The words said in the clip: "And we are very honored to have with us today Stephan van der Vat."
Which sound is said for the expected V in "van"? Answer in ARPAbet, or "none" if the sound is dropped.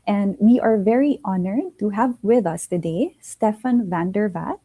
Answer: V